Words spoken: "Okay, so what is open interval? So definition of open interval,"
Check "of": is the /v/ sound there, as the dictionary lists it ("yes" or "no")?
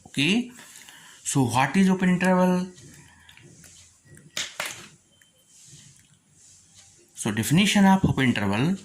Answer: no